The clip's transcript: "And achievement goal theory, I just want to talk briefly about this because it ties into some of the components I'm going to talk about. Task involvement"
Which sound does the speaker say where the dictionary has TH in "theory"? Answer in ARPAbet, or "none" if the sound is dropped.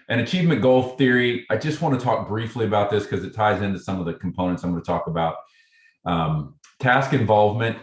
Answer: TH